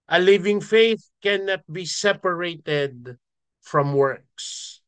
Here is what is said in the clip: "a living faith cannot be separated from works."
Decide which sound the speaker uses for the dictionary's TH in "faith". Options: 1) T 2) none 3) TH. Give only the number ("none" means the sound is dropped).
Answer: 3